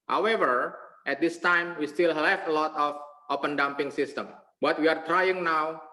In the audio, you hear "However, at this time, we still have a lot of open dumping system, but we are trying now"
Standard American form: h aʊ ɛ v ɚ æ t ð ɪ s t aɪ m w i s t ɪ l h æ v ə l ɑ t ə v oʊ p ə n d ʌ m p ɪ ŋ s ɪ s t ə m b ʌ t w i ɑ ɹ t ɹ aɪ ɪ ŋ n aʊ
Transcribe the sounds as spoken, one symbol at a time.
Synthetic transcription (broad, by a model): h aʊ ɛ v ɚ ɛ t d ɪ s t aɪ m w i s t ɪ l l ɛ f ə l ɑ t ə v oʊ p ə n d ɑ m p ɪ ŋ s ɪ s t ə m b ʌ t w i ɑ ɹ t ɹ aɪ ɪ ŋ n aʊ